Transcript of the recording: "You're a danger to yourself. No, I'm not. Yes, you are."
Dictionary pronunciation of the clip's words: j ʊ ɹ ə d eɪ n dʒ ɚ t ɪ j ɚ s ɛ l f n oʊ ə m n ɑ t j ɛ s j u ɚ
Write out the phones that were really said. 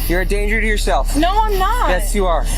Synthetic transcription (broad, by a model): j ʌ ɹ ə d eɪ n dʒ ɚ t ɪ j ɚ s ɛ l f n oʊ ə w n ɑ j ɛ s j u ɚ